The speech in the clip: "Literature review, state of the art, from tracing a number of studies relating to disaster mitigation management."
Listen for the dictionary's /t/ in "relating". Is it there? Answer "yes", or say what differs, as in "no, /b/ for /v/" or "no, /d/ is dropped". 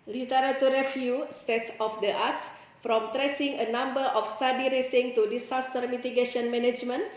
no, /s/ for /t/